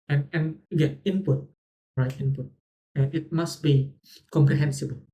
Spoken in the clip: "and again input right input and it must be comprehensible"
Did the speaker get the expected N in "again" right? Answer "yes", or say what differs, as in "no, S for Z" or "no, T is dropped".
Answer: no, N is dropped